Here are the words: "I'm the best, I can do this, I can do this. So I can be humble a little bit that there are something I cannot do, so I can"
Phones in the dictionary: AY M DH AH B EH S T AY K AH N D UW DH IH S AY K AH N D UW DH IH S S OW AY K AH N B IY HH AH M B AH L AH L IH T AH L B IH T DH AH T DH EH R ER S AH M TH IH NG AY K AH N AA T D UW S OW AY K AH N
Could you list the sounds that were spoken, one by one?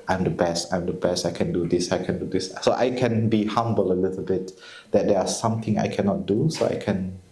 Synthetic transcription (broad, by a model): AY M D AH B EH S T AY K AH N D UW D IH S AY K AH N D UW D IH S S OW AY K AH N B IY HH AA M B AH L AH L IH T AH L B IH T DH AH T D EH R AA S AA M T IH NG AY K AH N AA T D UW S OW AY K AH N